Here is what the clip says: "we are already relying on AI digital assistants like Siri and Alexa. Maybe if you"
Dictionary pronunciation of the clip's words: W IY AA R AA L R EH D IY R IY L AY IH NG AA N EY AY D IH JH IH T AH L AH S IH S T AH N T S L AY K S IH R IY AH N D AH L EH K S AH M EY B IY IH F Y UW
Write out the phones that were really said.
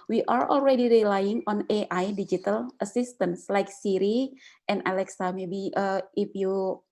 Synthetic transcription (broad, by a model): W IY AA R AA L R EH D IY R IY L AY IH NG AA N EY AY D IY JH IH T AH L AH S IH S T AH N S L AY K S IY R IY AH N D AH L EH K S AH M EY B IY IH F Y UW